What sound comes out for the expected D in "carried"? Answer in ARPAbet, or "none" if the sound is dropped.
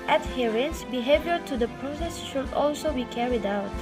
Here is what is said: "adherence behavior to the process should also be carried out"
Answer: D